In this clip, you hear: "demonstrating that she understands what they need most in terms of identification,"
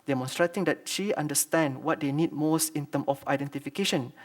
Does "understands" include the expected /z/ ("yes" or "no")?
no